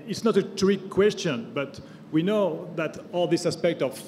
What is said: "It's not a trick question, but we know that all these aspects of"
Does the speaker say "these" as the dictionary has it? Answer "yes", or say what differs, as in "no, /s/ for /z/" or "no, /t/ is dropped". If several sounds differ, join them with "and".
no, /s/ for /z/